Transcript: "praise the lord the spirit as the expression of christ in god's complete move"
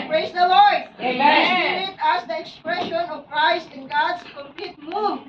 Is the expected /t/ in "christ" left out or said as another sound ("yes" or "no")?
no